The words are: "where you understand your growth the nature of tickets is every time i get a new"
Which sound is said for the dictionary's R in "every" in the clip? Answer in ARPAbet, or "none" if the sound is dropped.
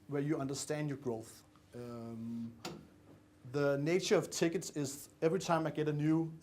R